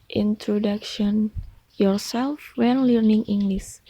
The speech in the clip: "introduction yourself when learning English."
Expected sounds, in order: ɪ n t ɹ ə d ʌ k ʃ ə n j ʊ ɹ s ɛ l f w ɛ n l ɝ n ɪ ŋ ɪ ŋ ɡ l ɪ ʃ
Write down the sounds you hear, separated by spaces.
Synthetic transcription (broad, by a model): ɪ n t ɹ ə d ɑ k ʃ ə n j ʊ ɹ s ɛ l f w ɛ n l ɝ n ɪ ŋ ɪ ŋ ɡ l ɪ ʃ